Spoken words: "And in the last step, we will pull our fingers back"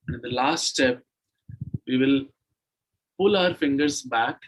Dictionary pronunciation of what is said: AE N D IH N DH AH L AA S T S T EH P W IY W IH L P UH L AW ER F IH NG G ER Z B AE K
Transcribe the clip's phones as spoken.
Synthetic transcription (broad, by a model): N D IH N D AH L AA S T S T EH P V IY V IH L P UH L AW ER F IH NG G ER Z B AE K